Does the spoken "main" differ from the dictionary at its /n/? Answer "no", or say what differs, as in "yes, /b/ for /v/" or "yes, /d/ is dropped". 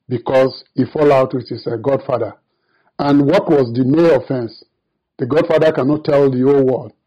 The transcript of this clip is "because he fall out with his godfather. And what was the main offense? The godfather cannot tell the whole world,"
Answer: yes, /n/ is dropped